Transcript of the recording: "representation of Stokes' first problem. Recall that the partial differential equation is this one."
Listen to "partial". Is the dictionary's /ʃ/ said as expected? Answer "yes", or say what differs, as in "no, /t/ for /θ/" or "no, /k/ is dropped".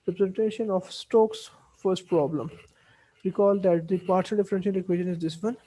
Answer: no, /s/ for /ʃ/